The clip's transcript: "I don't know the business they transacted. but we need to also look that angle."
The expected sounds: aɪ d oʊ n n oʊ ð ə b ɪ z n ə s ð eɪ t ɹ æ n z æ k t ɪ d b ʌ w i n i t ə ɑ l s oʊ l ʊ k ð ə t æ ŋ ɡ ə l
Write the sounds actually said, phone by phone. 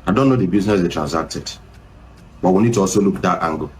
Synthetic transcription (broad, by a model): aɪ d oʊ n n oʊ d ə b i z n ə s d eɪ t ɹ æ n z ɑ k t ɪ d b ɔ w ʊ n i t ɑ s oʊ l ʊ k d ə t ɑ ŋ ɡ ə